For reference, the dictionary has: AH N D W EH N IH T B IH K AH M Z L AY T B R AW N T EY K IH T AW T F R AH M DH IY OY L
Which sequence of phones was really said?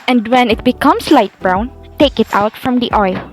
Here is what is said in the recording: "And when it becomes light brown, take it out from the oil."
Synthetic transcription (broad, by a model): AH N D W EH N IH T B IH K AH M S L AY T B R AW N T EY K IH T AW T F R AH M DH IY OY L